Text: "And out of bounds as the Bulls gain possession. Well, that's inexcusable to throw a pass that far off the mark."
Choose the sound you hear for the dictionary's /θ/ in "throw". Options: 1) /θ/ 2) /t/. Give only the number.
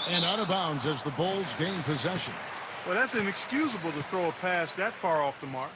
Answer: 1